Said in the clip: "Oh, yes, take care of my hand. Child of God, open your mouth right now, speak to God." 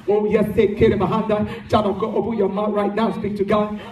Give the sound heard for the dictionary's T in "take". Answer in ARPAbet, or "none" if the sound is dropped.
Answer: S